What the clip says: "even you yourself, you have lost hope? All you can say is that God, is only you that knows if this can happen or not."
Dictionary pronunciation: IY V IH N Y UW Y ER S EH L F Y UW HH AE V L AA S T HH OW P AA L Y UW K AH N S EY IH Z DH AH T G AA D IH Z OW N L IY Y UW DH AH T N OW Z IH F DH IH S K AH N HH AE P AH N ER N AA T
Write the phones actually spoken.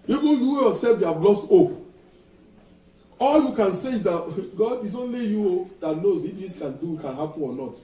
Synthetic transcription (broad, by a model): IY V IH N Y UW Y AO S EH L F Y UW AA B L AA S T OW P AA L Y UW K AH N S EY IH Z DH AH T G AA D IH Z OW N L IY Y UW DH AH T N OW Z IH F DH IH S K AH N HH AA P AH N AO N AA T